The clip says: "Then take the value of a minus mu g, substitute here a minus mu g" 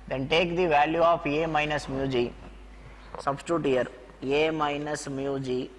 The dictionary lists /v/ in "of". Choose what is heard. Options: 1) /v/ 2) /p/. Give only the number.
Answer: 2